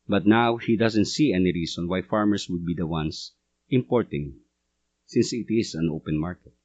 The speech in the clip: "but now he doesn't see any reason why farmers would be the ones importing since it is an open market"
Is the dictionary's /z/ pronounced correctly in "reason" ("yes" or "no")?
no